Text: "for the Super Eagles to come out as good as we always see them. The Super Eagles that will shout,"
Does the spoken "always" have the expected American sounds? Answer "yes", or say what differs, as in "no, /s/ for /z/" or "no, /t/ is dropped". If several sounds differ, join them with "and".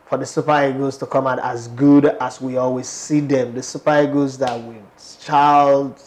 yes